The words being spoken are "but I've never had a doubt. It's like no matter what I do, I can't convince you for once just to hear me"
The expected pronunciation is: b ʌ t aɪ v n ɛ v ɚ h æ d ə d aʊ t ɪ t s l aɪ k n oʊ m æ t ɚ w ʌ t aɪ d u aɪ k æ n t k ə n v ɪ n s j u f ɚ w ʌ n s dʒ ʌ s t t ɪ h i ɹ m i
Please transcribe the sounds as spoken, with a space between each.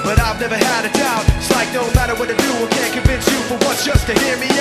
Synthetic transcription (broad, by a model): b ʌ t aɪ v n ɛ v ɚ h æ d ə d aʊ ɪ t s l aɪ k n oʊ m æ t ɚ w ʌ t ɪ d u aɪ k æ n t k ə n v ɪ n s j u f ɚ w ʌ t s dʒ ʌ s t t ɪ h i ɹ m i